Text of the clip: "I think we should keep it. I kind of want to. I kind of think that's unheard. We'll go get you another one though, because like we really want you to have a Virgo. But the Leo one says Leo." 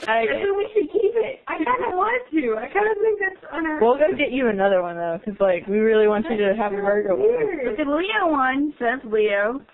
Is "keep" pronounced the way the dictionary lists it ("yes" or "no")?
yes